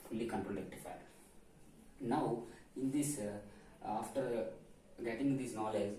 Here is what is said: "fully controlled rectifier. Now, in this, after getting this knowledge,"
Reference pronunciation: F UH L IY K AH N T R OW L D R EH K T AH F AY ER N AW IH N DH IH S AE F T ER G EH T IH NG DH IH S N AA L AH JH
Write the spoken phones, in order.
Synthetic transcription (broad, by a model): F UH L IY K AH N T R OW D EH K T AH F AY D N AW IH N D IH S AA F T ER G EH T IH NG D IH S N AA L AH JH